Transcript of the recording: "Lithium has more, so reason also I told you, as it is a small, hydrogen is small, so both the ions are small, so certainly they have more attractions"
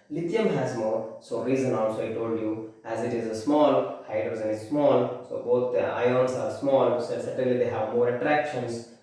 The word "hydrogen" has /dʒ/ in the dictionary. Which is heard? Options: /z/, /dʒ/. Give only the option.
/z/